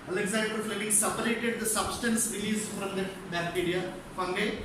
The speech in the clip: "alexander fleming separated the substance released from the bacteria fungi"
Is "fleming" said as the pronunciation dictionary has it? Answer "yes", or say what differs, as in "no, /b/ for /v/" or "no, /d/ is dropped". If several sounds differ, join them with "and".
no, /l/ is dropped